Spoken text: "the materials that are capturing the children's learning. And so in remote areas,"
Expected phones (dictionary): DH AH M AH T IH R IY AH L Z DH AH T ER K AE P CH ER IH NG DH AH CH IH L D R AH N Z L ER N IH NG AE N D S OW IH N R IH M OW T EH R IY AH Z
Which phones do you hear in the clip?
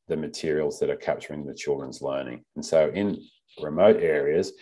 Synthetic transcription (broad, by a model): DH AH M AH T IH R IY L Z DH AH T ER K AE P CH ER IH NG DH AH CH IH L D R AH N Z L ER N IH NG N S OW IH N R IH M OW T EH R IY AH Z